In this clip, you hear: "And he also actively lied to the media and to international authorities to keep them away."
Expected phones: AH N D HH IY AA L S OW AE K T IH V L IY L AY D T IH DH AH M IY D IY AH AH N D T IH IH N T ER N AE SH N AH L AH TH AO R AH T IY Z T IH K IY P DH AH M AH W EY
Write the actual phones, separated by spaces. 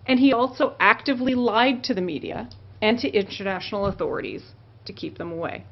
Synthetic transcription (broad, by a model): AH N IY AA L S OW AE K T IH V L IY L AY D T IH DH AH M IY D IY AH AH N T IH IH N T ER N AE SH N L AH TH AO R AH T IY Z T IH K IY P DH AH M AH W EY